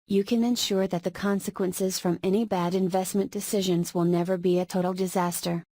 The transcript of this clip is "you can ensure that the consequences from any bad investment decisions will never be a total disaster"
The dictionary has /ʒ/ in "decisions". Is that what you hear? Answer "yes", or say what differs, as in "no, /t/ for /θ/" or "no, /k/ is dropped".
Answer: yes